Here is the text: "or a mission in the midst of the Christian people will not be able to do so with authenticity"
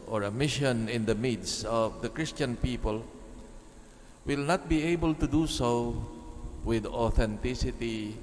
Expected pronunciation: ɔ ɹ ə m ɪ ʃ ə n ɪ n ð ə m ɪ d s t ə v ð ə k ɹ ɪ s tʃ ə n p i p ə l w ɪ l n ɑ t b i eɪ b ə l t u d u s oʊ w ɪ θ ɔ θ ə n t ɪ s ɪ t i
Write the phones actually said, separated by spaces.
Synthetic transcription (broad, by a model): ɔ ɹ ə m ɪ ʃ ə n ɪ n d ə m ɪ d s ə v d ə k ɹ ɪ s tʃ ə n p i p ə l w ɪ l n ɑ t b i eɪ b ə l t u d u s oʊ w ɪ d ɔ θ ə n t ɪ s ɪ t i